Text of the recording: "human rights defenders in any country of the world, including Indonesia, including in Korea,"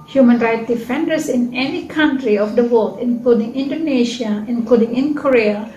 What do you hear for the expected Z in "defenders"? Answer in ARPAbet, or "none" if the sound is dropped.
S